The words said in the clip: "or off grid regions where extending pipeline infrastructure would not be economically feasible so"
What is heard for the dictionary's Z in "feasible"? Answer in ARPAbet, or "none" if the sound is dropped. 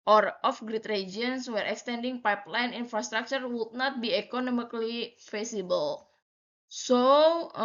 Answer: S